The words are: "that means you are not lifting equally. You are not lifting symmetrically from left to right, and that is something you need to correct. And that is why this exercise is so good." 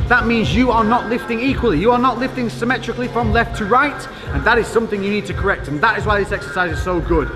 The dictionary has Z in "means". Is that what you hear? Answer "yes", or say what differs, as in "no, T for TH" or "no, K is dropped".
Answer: yes